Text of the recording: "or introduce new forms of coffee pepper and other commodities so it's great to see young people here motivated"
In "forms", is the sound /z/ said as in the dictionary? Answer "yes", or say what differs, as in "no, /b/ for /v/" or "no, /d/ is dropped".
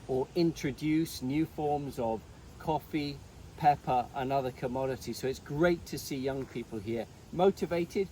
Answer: yes